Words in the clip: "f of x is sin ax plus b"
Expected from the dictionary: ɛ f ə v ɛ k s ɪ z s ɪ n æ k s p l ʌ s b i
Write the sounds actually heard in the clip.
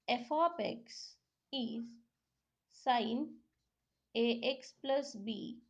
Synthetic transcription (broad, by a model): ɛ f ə p ɛ k s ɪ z s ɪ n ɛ k s p l ʌ s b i